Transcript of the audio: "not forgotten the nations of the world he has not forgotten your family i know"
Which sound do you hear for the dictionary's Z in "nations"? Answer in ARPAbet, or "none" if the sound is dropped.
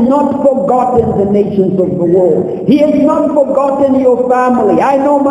Z